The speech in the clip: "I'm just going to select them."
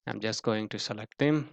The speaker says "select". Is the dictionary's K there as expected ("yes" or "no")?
yes